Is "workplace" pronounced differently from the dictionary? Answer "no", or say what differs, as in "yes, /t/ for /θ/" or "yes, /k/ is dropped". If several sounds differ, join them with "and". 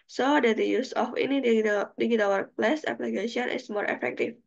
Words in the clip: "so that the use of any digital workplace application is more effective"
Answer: yes, /k/ is dropped